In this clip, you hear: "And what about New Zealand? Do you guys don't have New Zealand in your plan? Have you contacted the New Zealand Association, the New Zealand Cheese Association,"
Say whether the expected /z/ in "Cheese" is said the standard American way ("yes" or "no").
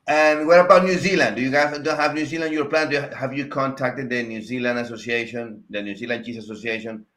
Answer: no